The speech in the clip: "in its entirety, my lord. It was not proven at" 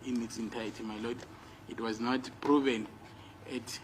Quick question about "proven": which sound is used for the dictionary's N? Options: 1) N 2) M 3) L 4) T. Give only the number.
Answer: 1